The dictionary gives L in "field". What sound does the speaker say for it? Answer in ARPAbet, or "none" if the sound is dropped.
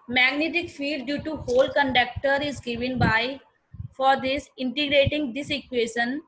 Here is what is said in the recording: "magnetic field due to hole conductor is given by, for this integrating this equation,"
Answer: none